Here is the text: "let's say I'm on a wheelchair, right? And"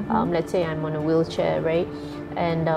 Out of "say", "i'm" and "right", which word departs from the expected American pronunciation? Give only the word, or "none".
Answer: none